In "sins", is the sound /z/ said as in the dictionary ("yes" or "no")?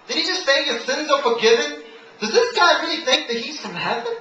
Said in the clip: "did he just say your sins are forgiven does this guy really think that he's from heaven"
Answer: yes